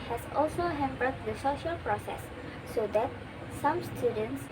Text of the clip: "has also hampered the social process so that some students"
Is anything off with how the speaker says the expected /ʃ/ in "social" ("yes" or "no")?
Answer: no